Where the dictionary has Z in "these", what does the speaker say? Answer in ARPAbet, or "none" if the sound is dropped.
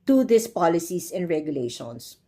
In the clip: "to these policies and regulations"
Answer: S